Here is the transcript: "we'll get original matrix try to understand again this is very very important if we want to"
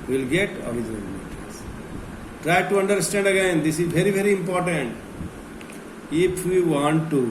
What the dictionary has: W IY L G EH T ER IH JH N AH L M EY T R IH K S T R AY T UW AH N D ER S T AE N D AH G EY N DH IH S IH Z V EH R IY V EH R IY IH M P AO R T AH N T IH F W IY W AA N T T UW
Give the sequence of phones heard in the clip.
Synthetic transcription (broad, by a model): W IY L G EH T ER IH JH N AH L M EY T IH S T R AY T UW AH N D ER S T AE N D AH G EY N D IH S IH Z V EH R IY V EH R IY IH M P AO R T AH N T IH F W IY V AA N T T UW